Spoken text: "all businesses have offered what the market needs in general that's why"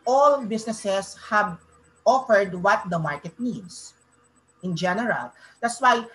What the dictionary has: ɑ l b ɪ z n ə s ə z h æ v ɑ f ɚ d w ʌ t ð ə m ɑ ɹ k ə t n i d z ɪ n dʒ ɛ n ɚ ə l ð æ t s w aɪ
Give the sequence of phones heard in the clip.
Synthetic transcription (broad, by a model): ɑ l b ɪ s n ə s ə s h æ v ɑ f ɚ d w ʌ t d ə m ɑ ɹ k ə t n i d s ɪ n dʒ ɛ n ɚ ə l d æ t s w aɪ